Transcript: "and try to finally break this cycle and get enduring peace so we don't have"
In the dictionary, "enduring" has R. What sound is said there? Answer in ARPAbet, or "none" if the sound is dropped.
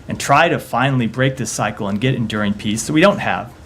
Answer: R